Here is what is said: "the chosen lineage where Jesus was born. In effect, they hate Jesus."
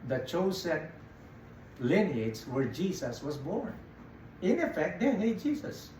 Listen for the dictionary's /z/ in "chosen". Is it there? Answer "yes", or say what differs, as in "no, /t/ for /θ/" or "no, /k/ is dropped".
no, /s/ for /z/